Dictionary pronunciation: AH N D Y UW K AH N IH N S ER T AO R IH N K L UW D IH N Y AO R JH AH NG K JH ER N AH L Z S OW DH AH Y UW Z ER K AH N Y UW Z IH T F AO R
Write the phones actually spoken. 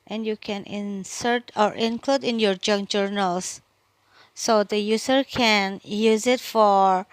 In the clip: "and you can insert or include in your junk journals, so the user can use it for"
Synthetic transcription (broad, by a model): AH N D Y UW K AH N IH N S ER T AO R IH N K L UW D IH N Y AO R JH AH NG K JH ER N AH L S OW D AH Y UW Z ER K AH N Y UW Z IH T F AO R